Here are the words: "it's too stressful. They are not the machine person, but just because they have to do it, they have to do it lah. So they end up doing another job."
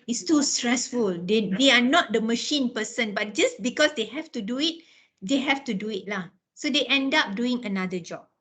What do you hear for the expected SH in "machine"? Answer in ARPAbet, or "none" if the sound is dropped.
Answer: SH